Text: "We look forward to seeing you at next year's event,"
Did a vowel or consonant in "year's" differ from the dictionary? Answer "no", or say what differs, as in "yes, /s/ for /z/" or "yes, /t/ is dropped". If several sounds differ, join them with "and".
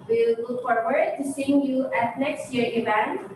yes, /z/ is dropped